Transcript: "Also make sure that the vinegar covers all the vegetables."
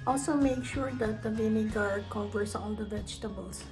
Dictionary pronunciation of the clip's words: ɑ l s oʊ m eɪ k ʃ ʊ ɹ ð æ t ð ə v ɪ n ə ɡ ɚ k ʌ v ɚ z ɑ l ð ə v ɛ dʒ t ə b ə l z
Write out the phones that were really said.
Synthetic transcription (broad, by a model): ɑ l s oʊ m eɪ k ʃ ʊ ɹ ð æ t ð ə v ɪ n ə ɡ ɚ k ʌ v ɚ s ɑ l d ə v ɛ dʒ t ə b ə l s